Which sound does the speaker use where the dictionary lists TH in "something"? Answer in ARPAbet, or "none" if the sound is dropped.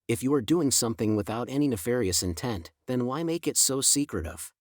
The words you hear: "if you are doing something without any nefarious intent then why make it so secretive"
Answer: TH